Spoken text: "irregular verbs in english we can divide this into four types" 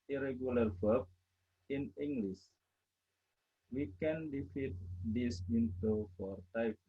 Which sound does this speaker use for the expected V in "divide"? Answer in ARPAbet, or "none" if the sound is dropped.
F